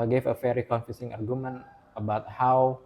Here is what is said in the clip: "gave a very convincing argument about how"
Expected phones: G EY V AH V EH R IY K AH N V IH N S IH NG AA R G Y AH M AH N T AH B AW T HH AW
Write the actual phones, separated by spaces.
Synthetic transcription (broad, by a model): G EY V AH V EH R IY K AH N F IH S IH NG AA R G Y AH M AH N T AH B AW T HH AW